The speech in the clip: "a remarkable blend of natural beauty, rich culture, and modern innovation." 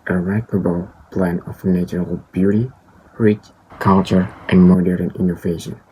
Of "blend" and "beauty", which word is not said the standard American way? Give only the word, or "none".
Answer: blend